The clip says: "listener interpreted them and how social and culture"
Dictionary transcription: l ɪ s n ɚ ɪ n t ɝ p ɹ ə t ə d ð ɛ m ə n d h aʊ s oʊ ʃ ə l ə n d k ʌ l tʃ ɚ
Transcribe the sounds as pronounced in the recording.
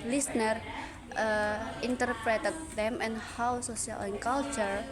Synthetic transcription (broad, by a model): l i s n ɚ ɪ n t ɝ p ɹ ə t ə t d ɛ m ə n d h aʊ s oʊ s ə l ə n k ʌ l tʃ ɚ